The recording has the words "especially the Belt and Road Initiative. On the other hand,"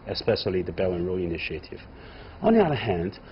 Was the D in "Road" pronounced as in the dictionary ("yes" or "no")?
no